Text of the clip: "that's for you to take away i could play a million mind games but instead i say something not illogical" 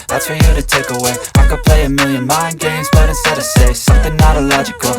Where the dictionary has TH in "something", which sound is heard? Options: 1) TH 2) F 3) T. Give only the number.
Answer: 1